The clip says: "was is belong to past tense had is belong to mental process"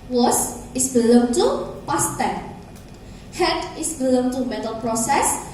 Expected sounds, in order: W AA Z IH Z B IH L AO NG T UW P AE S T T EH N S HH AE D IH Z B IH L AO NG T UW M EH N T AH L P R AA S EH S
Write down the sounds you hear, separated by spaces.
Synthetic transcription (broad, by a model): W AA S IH S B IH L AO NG T UW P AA S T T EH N HH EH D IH S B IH L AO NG T UW M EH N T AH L P R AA S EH S